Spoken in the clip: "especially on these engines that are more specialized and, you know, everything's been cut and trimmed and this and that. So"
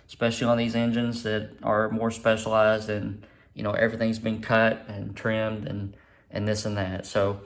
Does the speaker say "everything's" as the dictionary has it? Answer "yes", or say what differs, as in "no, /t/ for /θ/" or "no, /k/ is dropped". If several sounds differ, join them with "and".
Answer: yes